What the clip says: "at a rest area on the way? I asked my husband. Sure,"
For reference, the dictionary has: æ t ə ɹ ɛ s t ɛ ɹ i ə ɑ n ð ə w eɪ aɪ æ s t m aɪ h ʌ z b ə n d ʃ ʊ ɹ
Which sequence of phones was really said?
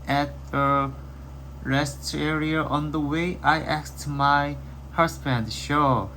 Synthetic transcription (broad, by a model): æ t ə ɹ ɛ s t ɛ ɹ i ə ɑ n ð ə w eɪ aɪ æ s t m aɪ h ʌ s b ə n d ʃ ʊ